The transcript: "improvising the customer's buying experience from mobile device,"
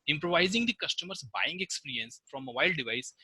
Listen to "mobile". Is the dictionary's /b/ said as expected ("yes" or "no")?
no